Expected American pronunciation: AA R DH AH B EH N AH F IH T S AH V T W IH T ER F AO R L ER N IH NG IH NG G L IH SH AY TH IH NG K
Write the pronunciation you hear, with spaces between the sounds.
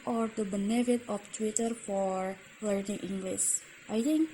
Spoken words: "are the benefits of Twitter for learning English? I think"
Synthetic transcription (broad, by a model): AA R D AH B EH N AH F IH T AH F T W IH T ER F AO R L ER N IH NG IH NG G L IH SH AY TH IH NG K